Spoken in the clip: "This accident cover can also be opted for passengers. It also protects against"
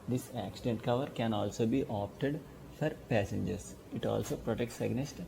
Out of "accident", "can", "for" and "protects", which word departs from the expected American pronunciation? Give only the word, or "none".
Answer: none